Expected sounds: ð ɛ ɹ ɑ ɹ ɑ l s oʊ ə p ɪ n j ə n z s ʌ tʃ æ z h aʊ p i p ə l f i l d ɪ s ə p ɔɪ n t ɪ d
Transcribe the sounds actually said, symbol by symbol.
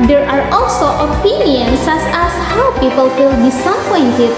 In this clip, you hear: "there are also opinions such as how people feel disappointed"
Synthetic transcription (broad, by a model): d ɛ ɹ ɑ ɹ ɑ l s oʊ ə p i n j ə n s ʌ s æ s h aʊ p i p ə l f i l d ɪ s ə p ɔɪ n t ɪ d